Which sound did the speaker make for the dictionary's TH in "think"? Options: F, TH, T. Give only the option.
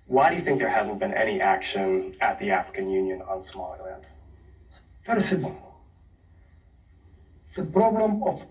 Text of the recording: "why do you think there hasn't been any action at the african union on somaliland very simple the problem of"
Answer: TH